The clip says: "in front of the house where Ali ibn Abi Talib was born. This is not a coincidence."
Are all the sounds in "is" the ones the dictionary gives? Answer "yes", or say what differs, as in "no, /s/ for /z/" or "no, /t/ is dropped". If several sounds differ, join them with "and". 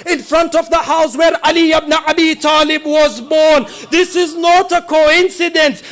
yes